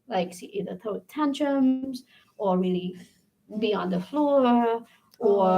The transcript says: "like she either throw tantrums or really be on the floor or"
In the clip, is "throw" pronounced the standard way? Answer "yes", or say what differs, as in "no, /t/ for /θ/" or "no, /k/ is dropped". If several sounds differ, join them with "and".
no, /ɹ/ is dropped